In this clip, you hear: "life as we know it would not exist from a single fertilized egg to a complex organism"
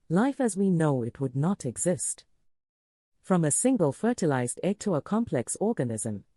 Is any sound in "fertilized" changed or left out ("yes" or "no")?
no